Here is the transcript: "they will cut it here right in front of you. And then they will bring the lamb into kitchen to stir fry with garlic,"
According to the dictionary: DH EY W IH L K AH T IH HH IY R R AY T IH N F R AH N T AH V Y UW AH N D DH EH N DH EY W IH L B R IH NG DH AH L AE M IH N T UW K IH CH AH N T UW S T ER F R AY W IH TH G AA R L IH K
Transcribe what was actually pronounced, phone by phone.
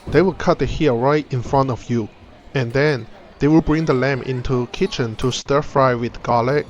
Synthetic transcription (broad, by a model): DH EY W IH L K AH T IH HH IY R R AY T IH N F R AH N T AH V Y UW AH N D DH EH N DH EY W IH L B R IH NG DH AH L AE M IH N T UW K IH CH AH N T UW S T ER F R AY W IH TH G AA L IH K